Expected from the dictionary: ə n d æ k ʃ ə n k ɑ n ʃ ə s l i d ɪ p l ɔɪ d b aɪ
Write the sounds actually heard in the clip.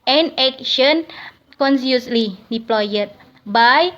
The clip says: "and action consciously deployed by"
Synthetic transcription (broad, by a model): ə n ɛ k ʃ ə n k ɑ n s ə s l i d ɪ p l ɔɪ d b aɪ